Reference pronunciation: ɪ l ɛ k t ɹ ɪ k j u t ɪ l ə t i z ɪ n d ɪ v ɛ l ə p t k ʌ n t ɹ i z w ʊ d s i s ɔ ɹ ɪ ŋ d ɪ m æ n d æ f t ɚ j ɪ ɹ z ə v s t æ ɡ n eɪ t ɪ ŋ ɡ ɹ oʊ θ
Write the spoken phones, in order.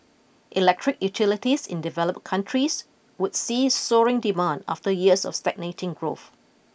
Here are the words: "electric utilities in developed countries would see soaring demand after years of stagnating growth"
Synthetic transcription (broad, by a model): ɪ l ɛ k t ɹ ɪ k j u t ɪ l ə t i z ɪ n d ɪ v ɛ l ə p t k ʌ n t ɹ i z w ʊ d s i s ɔ ɹ ɪ ŋ d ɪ m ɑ n d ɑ f t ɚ j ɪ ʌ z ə f s t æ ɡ n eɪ t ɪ ŋ ɡ ɹ oʊ θ